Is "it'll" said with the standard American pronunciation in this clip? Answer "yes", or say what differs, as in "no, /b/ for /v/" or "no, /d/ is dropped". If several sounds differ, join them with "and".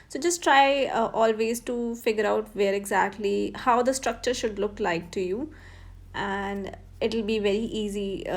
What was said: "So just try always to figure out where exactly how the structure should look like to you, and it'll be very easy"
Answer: yes